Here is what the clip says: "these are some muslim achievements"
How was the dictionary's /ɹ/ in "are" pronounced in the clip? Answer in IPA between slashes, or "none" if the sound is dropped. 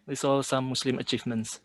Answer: /l/